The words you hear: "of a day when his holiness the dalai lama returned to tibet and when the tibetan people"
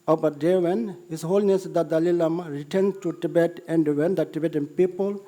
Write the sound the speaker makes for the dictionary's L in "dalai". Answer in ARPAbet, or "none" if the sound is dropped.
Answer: L